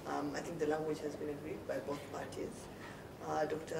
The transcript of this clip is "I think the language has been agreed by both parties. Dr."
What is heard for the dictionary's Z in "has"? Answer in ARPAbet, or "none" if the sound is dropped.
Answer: Z